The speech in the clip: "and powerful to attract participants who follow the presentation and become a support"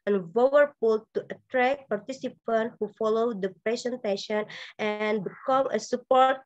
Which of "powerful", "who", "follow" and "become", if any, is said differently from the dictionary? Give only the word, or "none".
powerful